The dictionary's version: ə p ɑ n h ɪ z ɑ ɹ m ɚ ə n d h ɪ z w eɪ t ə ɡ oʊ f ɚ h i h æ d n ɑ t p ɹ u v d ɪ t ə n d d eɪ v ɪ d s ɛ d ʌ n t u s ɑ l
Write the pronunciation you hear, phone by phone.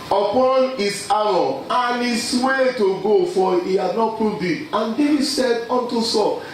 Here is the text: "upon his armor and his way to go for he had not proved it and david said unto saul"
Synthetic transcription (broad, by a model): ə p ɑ n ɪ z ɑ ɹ ɔ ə n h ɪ s w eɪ t ə ɡ oʊ f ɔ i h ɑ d n ɑ t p u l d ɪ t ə n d d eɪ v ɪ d s ɛ d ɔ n t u s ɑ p